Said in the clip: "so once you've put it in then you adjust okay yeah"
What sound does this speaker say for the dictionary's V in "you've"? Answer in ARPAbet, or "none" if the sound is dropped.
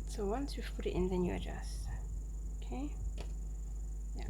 F